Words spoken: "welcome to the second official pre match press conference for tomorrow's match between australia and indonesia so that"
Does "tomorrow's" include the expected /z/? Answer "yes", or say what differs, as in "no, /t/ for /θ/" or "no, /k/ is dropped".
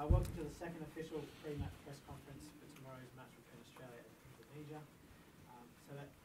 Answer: yes